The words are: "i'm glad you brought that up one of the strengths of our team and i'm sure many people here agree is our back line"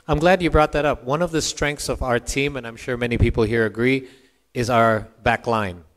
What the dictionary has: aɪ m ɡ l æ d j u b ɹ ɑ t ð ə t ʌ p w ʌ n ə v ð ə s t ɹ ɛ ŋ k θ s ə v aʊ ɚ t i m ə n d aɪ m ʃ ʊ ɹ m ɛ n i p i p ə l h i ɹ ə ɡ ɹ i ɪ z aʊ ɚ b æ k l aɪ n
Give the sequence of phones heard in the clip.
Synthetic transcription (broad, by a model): aɪ m ɡ l æ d j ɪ b ɹ ɑ t ð ə t ʌ p w ʌ n ə v ð ə s t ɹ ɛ ŋ k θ s ə v aʊ ɚ t i m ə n aɪ m ʃ ʊ ɹ m ɛ n i p i p l h i ɹ ə ɡ ɹ i ɪ z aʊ ɚ b æ k l aɪ n